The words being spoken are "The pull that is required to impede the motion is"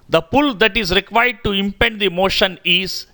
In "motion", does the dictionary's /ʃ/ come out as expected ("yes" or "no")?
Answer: yes